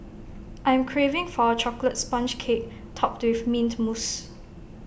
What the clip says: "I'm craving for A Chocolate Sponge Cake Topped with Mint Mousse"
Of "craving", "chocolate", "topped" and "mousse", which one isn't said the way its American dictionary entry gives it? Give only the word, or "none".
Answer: none